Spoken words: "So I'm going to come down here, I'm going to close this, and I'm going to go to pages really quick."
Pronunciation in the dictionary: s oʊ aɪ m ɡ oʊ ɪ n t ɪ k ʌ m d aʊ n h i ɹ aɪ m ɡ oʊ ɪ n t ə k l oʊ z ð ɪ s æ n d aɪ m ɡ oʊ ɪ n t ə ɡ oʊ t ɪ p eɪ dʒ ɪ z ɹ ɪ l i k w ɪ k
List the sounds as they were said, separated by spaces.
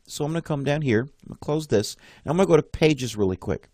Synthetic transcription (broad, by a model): s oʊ aɪ m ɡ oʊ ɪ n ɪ k ʌ m d aʊ n h i ɹ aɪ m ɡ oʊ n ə k l oʊ z ð ɪ s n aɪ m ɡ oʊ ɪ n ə ɡ oʊ t ɪ p eɪ dʒ ɪ z ɹ ɪ l i k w ɪ k